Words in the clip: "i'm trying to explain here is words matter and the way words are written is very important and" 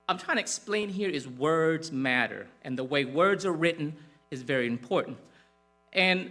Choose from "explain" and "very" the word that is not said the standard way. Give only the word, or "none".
none